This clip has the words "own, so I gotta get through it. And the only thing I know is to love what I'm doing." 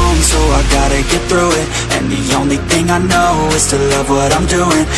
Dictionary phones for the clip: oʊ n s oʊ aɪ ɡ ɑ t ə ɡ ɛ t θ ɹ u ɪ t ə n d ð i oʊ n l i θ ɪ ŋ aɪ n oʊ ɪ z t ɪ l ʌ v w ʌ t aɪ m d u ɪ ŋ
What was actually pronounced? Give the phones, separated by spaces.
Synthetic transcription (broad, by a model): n s oʊ aɪ ɡ ɑ t ə ɡ ɛ t θ ɹ u ɪ t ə n ð i oʊ n l i θ ɪ ŋ aɪ n oʊ ɪ z t ɪ l ʌ v w ʌ t aɪ m d u ɪ ŋ